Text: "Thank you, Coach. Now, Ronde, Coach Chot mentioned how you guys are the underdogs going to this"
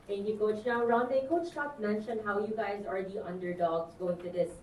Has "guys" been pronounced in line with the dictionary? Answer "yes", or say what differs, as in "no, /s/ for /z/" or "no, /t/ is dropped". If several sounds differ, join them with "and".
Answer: yes